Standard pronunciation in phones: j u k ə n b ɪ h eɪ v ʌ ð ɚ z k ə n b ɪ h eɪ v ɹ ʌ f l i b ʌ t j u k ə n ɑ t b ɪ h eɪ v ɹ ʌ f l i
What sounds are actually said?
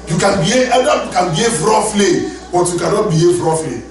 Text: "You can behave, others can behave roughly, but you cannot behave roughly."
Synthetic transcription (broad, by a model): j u k ə n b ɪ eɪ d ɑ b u k ə n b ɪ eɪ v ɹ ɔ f l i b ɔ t j u k ə n ɑ t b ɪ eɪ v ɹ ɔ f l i